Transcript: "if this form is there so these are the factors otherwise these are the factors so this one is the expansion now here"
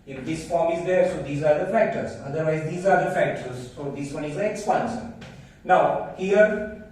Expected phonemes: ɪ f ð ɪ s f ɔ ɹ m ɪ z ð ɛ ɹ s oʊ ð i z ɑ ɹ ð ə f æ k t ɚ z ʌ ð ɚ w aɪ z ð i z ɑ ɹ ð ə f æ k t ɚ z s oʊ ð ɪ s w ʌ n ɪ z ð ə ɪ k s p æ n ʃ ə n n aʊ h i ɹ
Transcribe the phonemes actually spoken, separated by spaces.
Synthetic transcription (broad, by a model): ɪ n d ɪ s f ɔ ɹ m ɪ z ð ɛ ɹ s oʊ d i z ɑ ɹ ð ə f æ k t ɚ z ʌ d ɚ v aɪ z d i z ɑ ɹ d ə f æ k t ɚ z s oʊ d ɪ s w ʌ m ɪ z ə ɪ k s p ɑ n s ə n n aʊ h i ɹ